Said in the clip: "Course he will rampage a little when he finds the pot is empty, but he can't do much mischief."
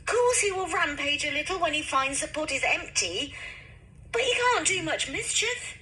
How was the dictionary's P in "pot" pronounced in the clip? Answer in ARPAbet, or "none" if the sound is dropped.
P